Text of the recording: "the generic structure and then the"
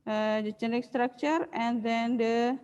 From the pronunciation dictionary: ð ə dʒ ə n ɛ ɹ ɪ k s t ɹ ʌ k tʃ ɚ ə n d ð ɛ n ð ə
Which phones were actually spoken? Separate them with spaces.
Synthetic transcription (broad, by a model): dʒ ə tʃ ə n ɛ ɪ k s t ɹ ʌ k tʃ ɚ ə n d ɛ n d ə